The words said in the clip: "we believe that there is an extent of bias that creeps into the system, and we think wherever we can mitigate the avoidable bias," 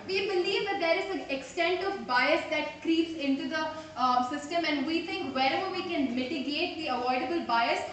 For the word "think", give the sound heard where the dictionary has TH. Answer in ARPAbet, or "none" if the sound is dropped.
T